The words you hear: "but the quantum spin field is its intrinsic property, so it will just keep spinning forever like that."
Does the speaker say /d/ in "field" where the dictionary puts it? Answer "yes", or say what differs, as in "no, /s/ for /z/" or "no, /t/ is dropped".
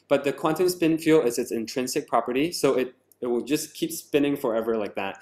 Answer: no, /d/ is dropped